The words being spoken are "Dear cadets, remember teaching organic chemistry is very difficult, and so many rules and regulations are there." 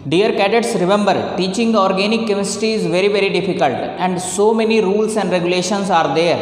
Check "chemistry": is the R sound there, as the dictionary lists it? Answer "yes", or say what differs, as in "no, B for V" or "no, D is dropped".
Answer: no, R is dropped